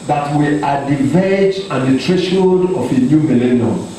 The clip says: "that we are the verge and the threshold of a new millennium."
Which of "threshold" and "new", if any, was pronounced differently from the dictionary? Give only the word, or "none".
threshold